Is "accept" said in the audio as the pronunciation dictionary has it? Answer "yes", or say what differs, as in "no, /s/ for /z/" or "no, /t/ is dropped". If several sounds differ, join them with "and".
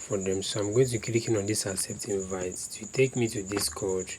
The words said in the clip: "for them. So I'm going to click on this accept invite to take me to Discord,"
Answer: no, /k/ is dropped